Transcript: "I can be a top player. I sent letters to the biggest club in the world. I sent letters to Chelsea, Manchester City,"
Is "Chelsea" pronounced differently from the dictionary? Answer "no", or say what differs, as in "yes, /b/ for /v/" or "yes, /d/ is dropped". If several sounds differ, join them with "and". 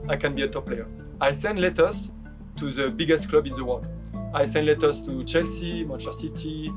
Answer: no